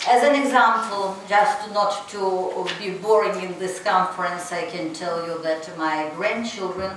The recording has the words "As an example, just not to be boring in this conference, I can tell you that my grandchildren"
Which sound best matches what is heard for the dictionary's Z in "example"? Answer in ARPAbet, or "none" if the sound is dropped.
Z